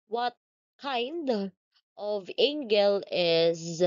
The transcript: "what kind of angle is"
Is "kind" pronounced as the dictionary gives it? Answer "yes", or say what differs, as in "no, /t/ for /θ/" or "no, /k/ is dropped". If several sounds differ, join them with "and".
yes